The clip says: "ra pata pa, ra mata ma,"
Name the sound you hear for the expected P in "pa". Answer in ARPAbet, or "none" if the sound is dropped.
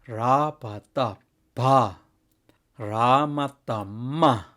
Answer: B